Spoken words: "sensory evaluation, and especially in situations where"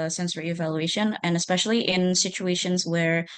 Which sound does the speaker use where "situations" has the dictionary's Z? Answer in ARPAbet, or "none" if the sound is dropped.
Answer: Z